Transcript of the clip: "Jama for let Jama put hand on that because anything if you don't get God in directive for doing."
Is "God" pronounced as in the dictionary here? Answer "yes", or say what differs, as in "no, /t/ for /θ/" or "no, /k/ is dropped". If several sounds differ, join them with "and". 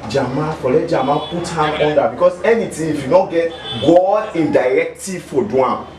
no, /d/ is dropped